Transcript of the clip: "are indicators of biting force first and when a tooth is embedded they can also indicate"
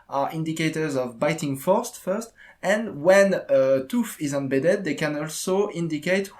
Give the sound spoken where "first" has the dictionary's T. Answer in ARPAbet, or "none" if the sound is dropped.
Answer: T